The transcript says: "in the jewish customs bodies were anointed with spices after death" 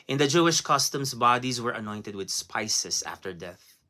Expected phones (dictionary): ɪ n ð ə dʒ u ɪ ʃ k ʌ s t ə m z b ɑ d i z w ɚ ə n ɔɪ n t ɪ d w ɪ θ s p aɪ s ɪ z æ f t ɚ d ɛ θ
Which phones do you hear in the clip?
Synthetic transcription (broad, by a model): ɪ n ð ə dʒ u ɪ ʃ k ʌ s t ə m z b ɑ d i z w ɚ ə n ɔɪ n t ɪ d w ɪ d s p aɪ s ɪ s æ f t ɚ d ɛ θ